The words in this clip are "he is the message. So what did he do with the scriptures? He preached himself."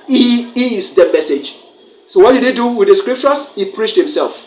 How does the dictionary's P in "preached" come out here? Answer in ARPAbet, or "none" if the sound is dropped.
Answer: P